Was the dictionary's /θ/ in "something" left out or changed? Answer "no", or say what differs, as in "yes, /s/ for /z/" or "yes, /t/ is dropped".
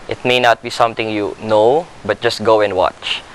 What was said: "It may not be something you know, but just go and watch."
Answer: yes, /t/ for /θ/